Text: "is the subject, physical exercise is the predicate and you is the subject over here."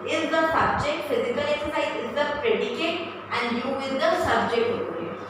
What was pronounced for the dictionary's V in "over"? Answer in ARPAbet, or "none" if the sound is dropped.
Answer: none